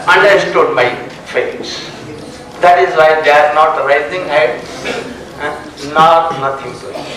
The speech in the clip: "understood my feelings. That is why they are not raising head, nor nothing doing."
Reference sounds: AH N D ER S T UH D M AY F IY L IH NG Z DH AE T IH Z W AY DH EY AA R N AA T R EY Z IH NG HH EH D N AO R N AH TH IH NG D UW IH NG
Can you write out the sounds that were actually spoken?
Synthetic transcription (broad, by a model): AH N D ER S T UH D M AY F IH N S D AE T IH Z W AY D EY AA R N AA T R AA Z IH NG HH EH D N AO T N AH T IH NG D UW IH